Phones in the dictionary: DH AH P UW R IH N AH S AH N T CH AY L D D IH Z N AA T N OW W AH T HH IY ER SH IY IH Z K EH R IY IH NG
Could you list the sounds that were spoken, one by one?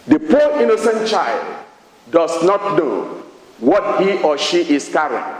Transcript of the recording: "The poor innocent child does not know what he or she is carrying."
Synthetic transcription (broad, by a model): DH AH P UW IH N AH S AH N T CH AY L D D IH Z N AA T N OW W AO T HH IY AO SH IY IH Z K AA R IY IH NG